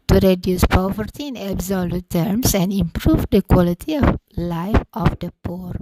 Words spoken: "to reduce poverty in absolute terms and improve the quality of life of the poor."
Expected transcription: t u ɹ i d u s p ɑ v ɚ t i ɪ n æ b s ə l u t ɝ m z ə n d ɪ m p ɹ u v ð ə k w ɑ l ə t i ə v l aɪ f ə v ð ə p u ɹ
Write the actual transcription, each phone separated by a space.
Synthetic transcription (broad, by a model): t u ɹ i d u s p ɑ v ɚ t i ɪ n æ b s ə l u t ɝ m s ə n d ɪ m p ɹ u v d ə k w ɑ l ə t i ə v l aɪ f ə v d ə p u ɹ